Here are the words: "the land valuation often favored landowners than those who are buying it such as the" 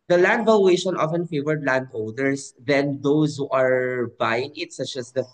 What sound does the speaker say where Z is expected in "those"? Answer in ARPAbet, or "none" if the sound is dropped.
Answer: S